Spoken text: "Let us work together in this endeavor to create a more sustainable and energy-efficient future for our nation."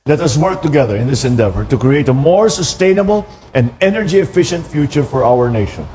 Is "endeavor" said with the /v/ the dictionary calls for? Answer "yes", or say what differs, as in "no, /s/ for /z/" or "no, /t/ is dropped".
yes